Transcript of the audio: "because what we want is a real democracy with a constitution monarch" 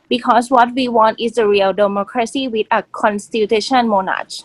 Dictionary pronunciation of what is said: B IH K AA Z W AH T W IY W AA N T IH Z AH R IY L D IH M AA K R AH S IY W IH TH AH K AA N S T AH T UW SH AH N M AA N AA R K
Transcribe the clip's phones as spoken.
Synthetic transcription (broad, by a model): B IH K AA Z W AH T W IY W AA N T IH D AH R IY L D IH M AA K R AH S IY W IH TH AH K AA N S T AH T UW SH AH N M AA N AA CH